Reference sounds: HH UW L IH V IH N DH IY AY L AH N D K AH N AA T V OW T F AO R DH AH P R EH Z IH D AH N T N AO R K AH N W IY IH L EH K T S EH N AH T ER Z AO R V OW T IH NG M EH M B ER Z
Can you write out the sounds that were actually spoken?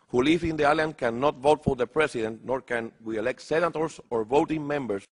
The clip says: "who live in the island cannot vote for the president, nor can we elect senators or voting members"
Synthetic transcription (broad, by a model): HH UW L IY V IH N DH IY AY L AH N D K AH N AA T V OW T F AO R DH AH P R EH S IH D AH N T N AO R K AH N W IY IH L EH K T S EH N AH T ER S AO R V OW T IH NG M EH M B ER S